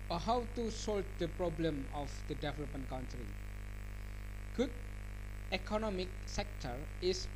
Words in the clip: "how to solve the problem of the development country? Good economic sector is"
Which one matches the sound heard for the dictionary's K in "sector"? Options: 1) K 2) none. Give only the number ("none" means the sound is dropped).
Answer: 1